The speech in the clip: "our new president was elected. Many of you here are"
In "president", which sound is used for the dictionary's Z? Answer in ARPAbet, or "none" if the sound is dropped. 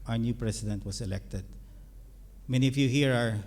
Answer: S